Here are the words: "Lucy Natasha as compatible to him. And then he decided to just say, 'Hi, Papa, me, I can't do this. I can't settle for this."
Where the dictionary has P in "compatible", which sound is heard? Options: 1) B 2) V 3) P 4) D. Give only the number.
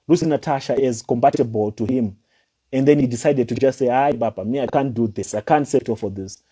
1